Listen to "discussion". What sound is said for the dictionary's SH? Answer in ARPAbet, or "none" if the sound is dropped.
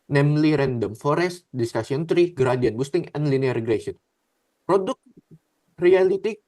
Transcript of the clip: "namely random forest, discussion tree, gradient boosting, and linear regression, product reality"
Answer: S